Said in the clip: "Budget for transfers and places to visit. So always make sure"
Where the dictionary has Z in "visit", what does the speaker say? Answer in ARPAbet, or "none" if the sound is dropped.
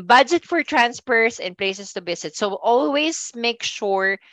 S